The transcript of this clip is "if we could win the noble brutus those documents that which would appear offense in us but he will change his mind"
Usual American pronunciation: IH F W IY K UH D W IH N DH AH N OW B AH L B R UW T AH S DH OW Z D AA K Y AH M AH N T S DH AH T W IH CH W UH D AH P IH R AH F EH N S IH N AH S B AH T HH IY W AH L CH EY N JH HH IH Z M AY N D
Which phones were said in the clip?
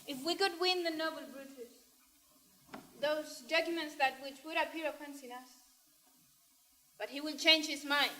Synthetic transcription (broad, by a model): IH F W IY K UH D W IH N DH AH N OW B AH L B R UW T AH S DH OW Z D AA K Y AH M AH N T S DH AH T W IH CH W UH D AH P IH R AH P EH N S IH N AH S B AH T HH IY W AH N CH EY N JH HH IH Z M AY N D